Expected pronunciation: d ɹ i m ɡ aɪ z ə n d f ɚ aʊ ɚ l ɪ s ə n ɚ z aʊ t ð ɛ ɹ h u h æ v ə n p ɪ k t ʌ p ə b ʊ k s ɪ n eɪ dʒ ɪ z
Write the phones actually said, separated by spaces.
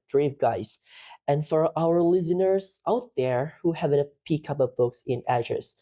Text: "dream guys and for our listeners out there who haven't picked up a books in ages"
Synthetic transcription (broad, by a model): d ɹ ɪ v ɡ aɪ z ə n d f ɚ aʊ ɚ l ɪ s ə n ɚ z aʊ t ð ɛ ɹ h u h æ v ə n p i k ʌ p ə b ʊ k s ɪ n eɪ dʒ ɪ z